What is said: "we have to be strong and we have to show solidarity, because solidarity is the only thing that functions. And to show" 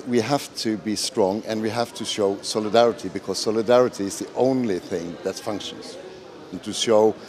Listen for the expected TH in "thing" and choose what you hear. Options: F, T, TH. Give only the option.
TH